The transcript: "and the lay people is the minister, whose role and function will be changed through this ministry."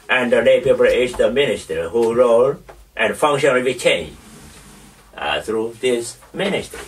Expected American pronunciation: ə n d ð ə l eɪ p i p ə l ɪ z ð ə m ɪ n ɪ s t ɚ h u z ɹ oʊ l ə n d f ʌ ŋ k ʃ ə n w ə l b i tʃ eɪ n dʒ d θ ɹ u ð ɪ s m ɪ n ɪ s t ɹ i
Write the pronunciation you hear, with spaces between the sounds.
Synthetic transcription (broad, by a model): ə n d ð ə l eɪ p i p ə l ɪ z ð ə m ɪ n ɪ s t ɚ h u ɹ oʊ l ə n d f ʌ ŋ k ʃ ə n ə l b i tʃ eɪ n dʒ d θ ɹ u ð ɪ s m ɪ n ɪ s t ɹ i